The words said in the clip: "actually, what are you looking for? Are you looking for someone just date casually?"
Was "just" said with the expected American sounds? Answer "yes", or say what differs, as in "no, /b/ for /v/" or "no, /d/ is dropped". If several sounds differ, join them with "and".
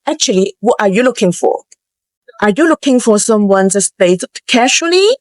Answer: no, /z/ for /dʒ/